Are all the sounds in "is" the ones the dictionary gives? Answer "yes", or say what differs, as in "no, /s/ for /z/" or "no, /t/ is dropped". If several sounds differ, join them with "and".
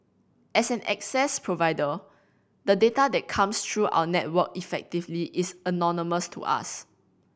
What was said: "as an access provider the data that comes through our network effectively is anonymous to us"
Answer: no, /s/ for /z/